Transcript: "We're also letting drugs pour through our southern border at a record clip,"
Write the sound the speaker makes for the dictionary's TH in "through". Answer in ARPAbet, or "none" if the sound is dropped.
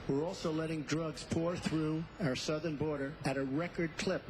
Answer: TH